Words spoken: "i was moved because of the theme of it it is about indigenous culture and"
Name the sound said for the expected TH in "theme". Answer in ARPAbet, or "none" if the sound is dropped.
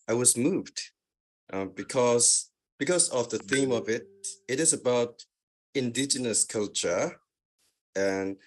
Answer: TH